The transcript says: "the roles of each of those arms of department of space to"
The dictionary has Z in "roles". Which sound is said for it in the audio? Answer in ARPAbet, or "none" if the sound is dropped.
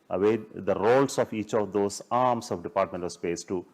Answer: S